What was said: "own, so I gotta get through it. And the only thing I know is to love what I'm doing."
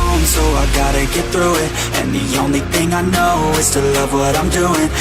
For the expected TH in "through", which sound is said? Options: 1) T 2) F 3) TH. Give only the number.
3